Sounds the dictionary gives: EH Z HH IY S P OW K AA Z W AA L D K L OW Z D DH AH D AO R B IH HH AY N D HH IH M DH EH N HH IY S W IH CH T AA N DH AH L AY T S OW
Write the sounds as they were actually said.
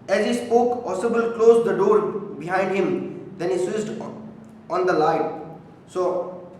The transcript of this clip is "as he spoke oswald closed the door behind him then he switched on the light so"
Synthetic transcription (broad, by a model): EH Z HH IY S P OW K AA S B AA L K L OW Z D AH D AO R B IH HH AY N D HH IH M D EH N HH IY S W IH S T AA N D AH L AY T S OW